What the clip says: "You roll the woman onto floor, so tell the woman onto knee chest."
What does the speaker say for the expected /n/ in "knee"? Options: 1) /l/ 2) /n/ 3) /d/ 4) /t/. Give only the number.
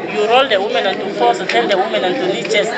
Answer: 1